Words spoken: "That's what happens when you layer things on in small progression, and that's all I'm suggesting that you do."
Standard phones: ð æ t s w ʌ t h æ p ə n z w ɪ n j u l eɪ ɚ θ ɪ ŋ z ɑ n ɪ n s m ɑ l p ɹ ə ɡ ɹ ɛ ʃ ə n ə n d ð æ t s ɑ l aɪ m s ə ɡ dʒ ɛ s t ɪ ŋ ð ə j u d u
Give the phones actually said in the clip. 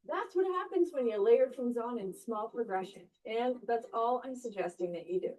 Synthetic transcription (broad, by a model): ð æ t s w ʌ t h æ p ə n z w ɪ n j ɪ l eɪ ɚ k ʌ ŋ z n ɪ n s m ɑ l p ɹ ə ɡ ɹ ɛ ʃ ə n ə n ð æ t s ɑ l aɪ m s ə ɡ dʒ ɛ s t ɪ ŋ ð ə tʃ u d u